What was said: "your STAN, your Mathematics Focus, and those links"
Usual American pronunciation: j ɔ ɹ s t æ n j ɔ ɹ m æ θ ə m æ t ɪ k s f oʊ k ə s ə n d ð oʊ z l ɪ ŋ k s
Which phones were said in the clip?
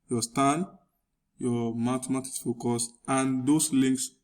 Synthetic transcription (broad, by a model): j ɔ s t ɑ n j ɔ m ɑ t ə m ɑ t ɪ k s f oʊ k ə s ə n d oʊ s l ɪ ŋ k s